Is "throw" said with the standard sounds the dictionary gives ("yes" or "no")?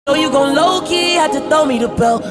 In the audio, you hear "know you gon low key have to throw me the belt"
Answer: no